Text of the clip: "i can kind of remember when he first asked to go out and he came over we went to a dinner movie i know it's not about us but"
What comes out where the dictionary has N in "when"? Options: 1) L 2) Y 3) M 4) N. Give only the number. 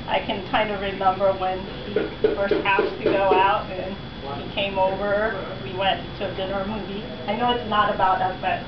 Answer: 4